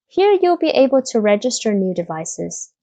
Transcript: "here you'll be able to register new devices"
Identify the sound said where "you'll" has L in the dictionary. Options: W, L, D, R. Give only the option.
L